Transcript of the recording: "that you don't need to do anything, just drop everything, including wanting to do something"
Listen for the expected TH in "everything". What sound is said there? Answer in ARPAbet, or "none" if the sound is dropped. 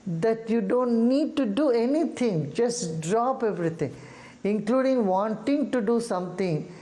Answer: T